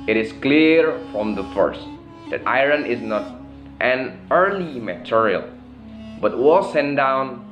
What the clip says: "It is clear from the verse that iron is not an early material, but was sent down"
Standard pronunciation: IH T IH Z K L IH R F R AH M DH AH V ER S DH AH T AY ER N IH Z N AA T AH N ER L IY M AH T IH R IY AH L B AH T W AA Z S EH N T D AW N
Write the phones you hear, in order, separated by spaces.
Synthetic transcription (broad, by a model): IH T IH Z K L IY R F R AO M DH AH F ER S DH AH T AY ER N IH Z N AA T AH N ER L IY M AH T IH R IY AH L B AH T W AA S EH N D AW N